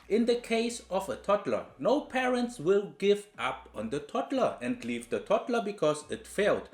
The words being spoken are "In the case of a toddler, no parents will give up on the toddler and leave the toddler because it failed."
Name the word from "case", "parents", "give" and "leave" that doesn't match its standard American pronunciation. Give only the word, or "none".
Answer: none